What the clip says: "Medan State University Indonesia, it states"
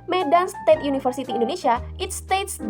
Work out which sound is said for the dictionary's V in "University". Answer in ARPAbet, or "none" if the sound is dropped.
F